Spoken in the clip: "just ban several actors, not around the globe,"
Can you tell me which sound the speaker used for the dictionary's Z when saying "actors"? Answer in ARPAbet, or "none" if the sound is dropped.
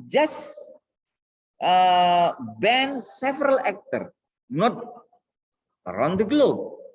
none